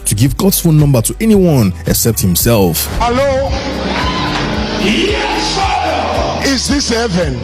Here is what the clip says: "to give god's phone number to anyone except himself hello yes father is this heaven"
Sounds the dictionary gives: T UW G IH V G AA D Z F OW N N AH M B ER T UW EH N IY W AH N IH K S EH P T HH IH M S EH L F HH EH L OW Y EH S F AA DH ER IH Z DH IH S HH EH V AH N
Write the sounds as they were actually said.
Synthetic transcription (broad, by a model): T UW G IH V G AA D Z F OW L N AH M B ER T UW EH N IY W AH N IH K S EH P T HH IH M S EH L F HH EH L OW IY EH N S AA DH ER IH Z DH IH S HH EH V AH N